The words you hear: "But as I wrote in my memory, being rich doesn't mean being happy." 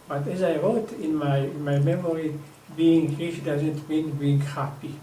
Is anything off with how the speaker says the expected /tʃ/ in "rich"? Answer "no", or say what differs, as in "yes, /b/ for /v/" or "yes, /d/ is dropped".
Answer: yes, /ʃ/ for /tʃ/